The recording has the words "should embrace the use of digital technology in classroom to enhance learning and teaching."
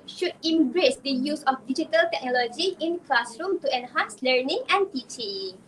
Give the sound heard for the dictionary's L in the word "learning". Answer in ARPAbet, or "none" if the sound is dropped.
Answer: L